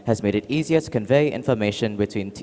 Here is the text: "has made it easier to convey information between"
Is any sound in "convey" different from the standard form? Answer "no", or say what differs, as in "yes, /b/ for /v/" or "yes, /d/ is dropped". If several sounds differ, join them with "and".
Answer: no